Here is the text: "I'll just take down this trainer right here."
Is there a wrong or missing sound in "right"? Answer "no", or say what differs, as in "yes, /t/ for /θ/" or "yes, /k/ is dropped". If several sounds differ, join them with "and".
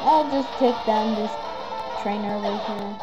yes, /w/ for /ɹ/